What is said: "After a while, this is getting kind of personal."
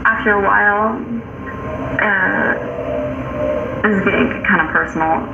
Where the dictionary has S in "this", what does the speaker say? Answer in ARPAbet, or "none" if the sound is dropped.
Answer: none